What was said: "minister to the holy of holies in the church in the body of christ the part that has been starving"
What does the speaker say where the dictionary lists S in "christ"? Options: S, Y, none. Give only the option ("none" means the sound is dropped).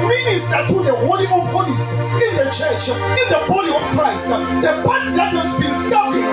S